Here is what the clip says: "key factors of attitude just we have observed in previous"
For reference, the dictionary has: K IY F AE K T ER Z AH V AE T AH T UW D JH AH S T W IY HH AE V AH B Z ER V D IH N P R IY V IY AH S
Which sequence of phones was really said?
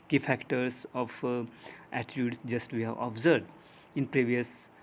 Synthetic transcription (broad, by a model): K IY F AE K T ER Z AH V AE T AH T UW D JH AH S T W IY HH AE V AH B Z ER D IH N P R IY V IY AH S